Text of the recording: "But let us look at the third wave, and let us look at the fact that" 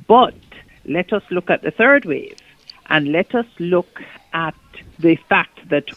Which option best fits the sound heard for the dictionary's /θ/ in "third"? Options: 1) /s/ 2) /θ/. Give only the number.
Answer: 2